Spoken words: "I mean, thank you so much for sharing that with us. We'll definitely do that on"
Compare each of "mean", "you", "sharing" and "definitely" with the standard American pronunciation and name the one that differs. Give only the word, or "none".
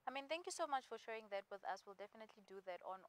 sharing